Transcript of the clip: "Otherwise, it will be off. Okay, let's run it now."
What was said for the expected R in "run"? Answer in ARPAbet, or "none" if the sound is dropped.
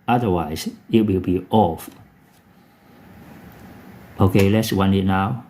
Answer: W